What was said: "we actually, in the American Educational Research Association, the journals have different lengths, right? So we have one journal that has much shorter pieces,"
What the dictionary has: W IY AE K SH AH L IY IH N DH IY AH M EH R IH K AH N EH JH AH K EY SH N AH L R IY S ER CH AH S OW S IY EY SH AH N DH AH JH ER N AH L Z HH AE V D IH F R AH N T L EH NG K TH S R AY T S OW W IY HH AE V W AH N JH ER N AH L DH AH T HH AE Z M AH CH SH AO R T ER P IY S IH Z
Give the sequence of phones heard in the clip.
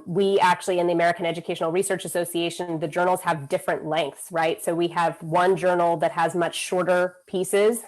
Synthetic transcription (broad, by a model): W IY AE K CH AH L IY IH N DH IY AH M EH R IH K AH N EH JH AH K EY SH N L R IY S ER CH AH S OW S IY EY SH AH N DH AH JH ER N L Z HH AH V D IH F R AH N T L EH NG K TH S R AY T S OW W IY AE V W AH N JH ER N L DH AH T HH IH Z M AH CH SH AO R T ER P IY S IH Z